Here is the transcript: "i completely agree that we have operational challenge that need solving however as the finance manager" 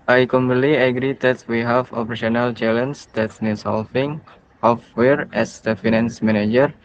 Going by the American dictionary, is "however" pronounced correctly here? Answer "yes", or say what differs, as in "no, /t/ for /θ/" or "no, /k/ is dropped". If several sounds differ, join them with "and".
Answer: no, /w/ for /v/